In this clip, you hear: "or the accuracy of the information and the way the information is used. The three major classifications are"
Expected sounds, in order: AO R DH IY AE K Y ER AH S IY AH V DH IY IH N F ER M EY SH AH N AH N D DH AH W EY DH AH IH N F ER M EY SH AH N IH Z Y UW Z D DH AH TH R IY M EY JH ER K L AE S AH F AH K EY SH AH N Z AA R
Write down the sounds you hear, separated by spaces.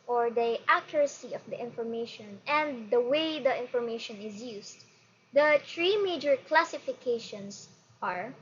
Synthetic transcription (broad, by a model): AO R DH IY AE K Y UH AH S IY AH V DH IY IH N F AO M EY SH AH N AH N D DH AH W EY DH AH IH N F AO M EY SH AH N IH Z Y UW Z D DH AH T R IY M EY JH ER K L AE S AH F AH K EY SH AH N S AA R